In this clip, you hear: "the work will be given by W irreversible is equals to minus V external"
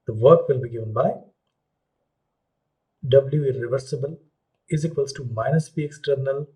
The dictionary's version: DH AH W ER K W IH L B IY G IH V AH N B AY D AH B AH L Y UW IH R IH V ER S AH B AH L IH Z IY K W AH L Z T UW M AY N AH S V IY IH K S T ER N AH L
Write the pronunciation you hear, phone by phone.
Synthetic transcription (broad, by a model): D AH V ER K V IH L B IY G IH V AH N B AY D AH B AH L Y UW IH R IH V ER S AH B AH L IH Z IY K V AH L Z T UW M AY N AH S P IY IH K S T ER N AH L